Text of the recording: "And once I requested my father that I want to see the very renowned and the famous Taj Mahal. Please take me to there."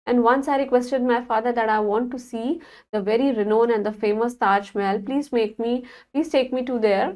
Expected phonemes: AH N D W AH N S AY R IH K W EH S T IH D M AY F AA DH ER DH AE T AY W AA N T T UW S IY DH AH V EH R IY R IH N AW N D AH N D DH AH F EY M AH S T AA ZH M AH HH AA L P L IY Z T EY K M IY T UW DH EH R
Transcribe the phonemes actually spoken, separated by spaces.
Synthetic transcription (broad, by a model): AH N D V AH N S AY R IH K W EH S T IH D M AY F AA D ER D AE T AY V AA N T T UW S IY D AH V EH R IY R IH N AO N AH N D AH F EY M AH S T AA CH M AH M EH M P L IY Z T EY K M IY T UW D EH R